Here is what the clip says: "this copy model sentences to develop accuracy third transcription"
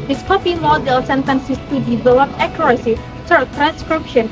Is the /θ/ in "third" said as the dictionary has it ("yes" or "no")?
no